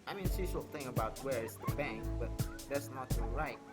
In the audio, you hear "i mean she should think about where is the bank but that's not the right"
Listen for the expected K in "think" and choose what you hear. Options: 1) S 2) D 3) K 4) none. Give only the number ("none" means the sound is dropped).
4